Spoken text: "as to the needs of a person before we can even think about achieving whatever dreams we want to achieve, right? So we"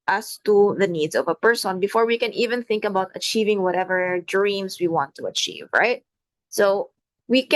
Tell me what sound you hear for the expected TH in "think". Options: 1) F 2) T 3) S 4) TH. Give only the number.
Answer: 4